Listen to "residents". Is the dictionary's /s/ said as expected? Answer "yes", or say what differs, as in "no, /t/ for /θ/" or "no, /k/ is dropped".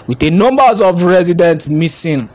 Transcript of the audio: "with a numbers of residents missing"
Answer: no, /s/ is dropped